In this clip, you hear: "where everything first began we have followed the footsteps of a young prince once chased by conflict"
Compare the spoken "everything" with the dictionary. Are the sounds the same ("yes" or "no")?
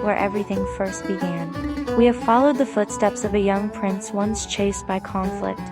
yes